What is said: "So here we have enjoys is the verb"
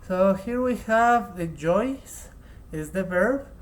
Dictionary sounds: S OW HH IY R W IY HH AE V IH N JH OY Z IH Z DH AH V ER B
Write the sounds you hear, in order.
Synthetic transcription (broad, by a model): S OW HH IY R W IY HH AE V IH JH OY S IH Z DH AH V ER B